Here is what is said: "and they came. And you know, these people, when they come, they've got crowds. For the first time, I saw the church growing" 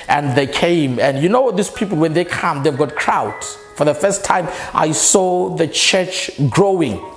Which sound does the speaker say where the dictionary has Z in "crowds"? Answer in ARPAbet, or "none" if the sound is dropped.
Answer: none